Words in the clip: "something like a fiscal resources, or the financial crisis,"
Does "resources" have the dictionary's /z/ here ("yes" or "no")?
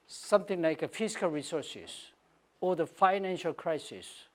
no